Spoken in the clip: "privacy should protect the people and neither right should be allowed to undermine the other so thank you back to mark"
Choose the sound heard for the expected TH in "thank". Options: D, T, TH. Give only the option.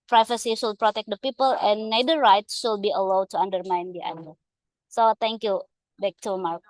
T